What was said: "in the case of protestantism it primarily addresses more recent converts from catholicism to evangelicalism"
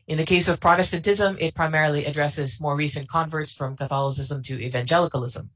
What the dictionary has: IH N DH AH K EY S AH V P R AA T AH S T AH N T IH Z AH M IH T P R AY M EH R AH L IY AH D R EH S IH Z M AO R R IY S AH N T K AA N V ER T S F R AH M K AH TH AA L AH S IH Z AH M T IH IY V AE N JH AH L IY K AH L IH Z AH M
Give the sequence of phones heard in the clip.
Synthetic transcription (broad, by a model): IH N DH AH K EY S AH V P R AA T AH S T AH N T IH Z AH M IH T P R AY M EH R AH L IY AH D R EH S IH Z M AO R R IY S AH N K AA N V ER T S F R AH M K AH TH AA L AH S IH Z AH M T IH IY V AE N JH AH L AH K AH L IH Z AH M